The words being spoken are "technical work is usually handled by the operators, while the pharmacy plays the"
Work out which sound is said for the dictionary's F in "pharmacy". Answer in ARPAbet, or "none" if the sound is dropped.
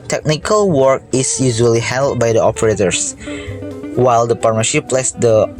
P